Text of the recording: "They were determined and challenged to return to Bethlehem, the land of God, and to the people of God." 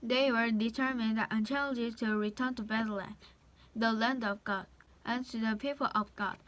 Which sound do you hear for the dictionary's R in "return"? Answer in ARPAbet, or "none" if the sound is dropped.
R